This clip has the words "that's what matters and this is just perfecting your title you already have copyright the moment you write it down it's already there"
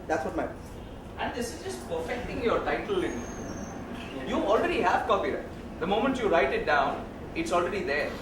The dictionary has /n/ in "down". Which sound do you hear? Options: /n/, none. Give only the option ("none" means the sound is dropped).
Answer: /n/